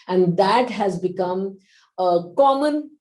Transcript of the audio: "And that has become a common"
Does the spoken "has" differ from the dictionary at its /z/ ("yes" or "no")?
no